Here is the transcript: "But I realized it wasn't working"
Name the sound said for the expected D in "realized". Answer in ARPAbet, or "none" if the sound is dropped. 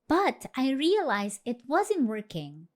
none